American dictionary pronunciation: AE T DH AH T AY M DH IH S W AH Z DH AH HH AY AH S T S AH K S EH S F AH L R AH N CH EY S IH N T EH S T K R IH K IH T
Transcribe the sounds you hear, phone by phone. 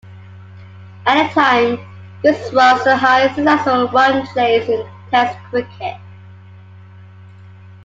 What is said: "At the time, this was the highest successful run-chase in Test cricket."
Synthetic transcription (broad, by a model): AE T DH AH T AY M DH IH S W AH Z DH AH HH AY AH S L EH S AH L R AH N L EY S IH N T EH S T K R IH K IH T